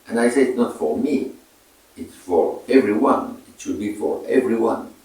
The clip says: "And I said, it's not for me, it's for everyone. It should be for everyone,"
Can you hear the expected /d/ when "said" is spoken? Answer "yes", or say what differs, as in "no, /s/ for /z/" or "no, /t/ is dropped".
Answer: no, /d/ is dropped